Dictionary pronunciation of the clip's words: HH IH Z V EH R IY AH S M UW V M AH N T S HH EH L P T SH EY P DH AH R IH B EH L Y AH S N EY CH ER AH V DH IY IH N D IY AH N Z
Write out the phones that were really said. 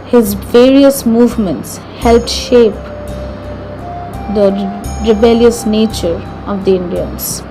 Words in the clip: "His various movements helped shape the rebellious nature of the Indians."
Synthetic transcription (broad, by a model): HH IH Z V EH R IY AH S M UW V M AH N T S HH EH L P T SH EY P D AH R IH B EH L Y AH S N EY CH ER AH V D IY IH N D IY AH N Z